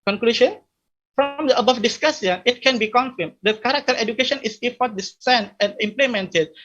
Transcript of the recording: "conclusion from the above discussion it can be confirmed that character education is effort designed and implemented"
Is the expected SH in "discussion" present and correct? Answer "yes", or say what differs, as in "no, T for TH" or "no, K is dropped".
no, S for SH